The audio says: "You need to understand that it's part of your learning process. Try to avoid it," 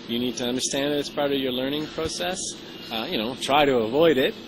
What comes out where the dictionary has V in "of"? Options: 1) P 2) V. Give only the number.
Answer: 2